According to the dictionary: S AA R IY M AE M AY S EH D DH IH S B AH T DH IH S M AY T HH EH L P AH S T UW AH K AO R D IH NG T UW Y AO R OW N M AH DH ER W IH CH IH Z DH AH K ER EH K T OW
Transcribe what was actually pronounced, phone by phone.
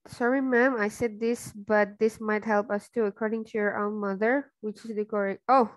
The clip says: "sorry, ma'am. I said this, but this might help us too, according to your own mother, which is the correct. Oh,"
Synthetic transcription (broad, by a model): S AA R IY M AE M AY S EH D DH IH S B AH T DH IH S M AY T HH EH L P AH S T UW AH K AO R D IH NG T UW Y AO R OW N M AH DH ER W IH CH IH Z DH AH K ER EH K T OW